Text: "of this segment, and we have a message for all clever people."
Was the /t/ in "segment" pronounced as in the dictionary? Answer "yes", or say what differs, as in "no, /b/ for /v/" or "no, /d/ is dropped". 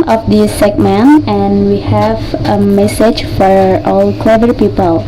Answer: no, /t/ is dropped